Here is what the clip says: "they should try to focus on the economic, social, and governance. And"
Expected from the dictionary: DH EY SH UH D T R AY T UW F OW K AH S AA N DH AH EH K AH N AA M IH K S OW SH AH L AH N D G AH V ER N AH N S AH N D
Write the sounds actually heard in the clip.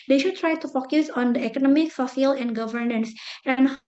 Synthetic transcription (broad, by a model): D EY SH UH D T R AY T UW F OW K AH S AA N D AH EH K AH N AA M IH K S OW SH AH L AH N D G AH V ER N AH N S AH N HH